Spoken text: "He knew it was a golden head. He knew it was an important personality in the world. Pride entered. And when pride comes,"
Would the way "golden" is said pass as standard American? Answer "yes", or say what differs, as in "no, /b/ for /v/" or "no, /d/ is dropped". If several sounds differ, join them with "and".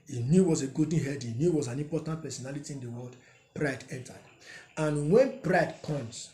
no, /l/ is dropped